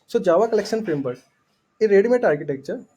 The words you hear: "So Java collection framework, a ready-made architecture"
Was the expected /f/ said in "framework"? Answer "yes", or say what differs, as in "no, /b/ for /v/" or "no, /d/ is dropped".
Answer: no, /p/ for /f/